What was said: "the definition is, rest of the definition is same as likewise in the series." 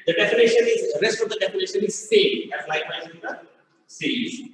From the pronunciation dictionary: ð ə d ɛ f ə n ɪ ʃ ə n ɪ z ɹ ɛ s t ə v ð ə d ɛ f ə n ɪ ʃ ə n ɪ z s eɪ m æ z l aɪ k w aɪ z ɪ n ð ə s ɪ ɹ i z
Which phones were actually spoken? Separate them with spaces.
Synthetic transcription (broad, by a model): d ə d ɛ f ə n ɪ ʃ ə n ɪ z ɹ ɛ s t ə v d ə d ɛ f ə n ɪ ʃ ə n ɪ z s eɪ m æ s l aɪ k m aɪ ɪ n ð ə s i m